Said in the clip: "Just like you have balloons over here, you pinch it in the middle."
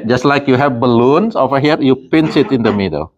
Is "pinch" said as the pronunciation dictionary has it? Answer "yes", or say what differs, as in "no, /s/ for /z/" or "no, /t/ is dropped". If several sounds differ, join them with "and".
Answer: no, /s/ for /tʃ/